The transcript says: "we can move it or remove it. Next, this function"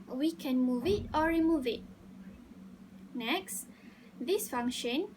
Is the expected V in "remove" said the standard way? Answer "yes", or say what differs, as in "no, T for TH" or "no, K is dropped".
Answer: yes